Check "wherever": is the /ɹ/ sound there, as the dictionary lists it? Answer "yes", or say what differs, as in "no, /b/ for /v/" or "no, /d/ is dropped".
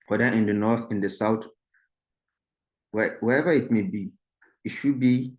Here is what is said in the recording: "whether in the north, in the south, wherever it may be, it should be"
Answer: no, /w/ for /ɹ/